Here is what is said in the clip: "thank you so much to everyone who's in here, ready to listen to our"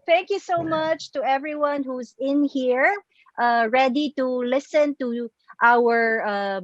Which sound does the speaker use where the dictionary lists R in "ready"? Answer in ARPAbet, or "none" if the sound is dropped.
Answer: R